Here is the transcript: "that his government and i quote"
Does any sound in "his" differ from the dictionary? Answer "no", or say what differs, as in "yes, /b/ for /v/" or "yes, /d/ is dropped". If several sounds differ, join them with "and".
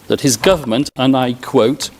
no